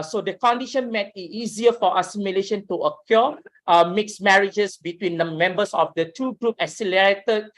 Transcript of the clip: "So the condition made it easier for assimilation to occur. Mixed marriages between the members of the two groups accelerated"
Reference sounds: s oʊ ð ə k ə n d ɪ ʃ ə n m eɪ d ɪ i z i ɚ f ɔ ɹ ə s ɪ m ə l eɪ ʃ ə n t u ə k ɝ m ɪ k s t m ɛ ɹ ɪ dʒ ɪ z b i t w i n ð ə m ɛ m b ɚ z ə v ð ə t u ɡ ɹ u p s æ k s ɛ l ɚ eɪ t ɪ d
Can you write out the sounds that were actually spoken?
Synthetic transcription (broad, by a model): s oʊ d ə k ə n d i ʃ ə n m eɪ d ɪ i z i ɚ f ɔ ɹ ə s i m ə l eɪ ʃ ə n t u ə k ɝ m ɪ k s m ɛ ɹ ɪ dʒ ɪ s b i t w i n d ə m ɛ m b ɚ s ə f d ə t u ɡ ɹ u p æ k s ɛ l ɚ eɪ t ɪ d